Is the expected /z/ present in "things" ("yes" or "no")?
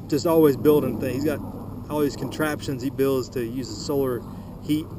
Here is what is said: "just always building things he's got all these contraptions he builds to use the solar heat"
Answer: no